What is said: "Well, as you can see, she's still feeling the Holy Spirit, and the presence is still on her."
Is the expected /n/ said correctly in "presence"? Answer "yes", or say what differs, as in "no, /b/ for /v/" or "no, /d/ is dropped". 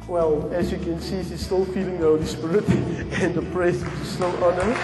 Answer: no, /n/ is dropped